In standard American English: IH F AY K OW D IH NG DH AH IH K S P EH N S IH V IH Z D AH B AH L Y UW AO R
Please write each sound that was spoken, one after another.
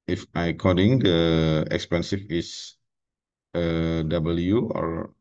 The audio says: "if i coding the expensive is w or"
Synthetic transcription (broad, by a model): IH F AY K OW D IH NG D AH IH K S P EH N S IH F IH S D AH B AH L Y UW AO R